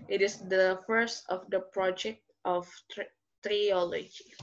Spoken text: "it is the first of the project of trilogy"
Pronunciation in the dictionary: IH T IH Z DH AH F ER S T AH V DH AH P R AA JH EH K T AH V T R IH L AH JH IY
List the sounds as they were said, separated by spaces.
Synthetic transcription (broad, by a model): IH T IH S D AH F ER S T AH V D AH P R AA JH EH K T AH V T R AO L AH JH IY